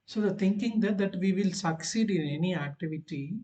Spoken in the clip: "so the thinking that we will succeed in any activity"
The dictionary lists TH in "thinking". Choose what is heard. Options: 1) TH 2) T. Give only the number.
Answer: 2